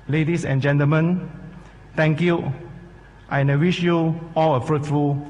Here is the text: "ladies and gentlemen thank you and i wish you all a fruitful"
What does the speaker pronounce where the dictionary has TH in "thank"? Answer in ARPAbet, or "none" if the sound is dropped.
T